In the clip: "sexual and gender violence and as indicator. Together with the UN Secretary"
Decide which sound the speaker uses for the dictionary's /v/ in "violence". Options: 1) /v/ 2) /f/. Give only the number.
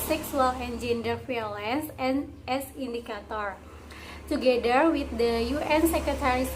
2